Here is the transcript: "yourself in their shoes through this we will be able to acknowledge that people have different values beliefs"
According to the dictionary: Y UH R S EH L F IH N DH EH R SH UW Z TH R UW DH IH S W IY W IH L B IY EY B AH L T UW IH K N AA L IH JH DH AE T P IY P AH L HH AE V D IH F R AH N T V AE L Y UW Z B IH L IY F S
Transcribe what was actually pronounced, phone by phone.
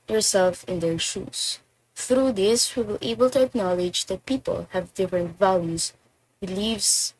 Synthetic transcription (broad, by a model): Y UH R S EH L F IH N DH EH R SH UW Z TH R UW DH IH S W IY W IH L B EY B AH L T UW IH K N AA L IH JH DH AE T P IY P AH L HH AE V D IH F R AH N T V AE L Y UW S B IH L IY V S